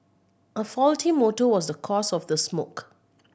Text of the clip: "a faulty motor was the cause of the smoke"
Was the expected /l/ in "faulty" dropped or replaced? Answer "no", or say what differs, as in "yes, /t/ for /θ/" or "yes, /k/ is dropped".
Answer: no